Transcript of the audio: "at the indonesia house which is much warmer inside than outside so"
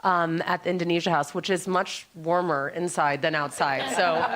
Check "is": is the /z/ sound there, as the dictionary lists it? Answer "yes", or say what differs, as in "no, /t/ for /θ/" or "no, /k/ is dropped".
yes